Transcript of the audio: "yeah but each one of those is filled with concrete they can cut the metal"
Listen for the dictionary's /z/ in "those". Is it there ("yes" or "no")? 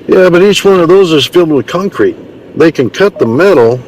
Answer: yes